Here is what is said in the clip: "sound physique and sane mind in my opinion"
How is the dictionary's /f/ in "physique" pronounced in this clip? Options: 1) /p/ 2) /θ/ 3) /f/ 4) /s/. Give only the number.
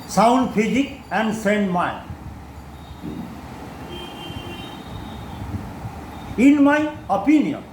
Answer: 1